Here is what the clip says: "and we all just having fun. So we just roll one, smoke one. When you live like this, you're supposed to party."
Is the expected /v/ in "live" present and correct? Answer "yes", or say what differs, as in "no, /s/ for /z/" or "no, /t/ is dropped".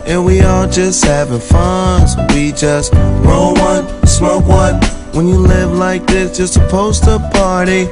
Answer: yes